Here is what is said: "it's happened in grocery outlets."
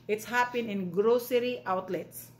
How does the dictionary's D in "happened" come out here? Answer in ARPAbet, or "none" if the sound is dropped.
none